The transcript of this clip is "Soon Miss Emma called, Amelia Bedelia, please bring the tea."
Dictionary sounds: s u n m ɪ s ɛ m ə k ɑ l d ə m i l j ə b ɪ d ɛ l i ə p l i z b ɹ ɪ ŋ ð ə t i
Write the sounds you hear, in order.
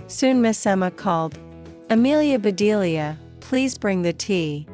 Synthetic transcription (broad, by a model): s u n m ɪ s ɛ m ə k ɑ l d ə m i l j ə b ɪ d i l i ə p l i z b ɹ ɪ ŋ ð ə t i